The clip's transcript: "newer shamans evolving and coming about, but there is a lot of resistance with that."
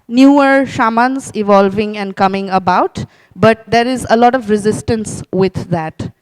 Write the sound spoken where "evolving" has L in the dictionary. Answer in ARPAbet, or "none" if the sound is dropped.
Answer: L